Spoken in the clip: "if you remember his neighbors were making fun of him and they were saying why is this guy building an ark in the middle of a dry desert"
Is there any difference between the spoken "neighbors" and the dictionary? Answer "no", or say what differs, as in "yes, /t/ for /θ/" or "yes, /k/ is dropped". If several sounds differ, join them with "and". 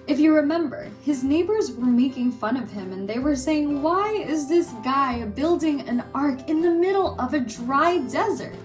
no